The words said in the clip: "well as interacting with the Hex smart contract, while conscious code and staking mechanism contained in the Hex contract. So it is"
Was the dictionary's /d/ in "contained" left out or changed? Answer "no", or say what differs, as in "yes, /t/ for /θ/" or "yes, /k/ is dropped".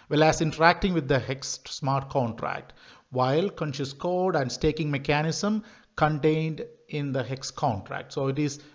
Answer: no